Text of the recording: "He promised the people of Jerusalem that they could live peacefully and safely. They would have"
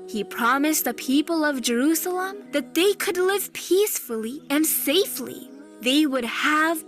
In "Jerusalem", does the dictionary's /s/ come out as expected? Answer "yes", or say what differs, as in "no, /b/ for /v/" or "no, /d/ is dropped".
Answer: yes